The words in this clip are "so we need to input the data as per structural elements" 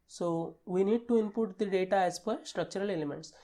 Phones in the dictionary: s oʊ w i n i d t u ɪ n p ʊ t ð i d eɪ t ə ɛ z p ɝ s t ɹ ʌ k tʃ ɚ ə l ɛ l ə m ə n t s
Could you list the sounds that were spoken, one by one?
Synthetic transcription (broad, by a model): s oʊ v i n i d t u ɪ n p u t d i d eɪ t ə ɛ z f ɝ s t ɹ ʌ k tʃ ɚ ə l ɛ l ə m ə n t s